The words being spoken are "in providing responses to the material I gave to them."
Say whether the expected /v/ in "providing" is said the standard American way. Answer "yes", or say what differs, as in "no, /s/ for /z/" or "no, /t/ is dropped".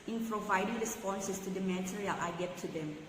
yes